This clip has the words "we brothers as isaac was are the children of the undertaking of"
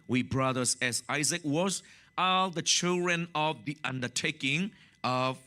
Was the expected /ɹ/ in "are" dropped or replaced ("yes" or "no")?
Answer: yes